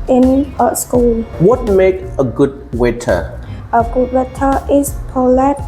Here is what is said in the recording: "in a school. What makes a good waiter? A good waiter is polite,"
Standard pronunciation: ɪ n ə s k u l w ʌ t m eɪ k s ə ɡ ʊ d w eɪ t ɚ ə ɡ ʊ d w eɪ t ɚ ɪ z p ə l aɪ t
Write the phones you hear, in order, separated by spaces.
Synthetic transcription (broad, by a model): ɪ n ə s k u l w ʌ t m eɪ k ə ɡ ʊ d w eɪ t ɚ ə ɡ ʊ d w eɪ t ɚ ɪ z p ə l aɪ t